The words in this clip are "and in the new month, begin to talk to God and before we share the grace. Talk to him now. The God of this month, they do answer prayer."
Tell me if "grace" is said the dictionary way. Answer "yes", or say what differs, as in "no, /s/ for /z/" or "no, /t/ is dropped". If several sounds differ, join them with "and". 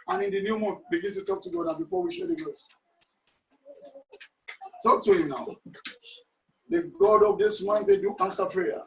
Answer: no, /ɹ/ is dropped